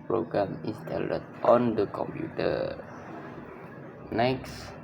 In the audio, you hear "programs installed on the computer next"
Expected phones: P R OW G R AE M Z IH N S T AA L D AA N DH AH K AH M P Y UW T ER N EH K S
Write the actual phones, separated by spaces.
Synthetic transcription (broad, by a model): P R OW G R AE M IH S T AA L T AA N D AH K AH M P Y UW T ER N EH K S